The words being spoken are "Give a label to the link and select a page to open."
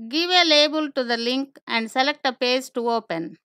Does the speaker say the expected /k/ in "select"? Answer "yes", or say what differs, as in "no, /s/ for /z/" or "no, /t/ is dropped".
yes